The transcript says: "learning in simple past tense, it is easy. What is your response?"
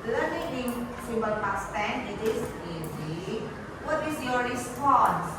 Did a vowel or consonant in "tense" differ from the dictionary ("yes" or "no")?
yes